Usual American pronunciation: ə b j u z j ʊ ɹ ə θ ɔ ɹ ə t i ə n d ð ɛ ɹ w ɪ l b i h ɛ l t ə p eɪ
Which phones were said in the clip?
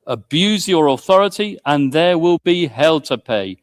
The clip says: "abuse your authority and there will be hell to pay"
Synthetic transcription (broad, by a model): ə b j u z j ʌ ɹ ə θ ɔ ɹ ə t i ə n ð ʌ w ɪ l b i h ɛ l t ə p eɪ